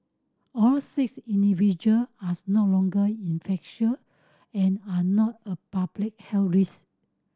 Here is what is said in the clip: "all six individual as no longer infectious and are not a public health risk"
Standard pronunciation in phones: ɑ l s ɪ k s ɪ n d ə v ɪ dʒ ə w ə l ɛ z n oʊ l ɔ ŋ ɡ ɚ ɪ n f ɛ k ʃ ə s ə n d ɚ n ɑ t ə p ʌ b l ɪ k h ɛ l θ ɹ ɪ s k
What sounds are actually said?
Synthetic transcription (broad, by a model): ɑ l s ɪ k s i n d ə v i dʒ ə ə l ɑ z n oʊ l ɔ ŋ ɡ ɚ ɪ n f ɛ k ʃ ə ə n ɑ n ɑ t ə p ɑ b l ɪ k h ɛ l ɹ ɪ s